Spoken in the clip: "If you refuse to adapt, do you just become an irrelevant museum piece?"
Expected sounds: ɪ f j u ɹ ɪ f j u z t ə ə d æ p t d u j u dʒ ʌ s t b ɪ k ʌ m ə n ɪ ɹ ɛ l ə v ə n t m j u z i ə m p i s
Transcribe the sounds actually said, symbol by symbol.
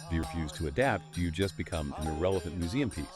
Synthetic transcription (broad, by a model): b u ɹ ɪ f j u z t ə ə d æ p t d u j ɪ dʒ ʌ s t b ɪ k ʌ m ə n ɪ ɹ ɛ l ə v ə n m j u z i ə m p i